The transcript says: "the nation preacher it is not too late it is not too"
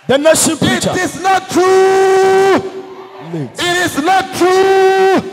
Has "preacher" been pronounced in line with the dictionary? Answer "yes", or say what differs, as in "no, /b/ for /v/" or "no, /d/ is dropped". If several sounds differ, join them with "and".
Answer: no, /ɹ/ is dropped